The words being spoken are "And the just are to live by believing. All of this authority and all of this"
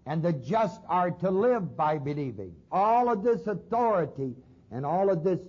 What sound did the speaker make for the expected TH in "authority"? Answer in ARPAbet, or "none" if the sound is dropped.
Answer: TH